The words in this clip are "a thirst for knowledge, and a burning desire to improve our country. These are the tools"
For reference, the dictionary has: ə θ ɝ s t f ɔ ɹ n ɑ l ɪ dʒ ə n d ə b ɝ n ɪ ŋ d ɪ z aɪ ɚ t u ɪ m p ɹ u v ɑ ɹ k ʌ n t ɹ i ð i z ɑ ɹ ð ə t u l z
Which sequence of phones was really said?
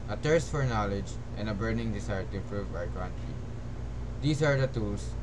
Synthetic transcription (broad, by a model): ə t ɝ s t f ɔ ɹ n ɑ l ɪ dʒ ə n d ə b ɝ n ɪ ŋ d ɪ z aɪ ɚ t u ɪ m p ɹ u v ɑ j k ʌ n t ɹ i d i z ɑ ɹ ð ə t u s